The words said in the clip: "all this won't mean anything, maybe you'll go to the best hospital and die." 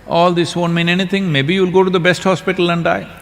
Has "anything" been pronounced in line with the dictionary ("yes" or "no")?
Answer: no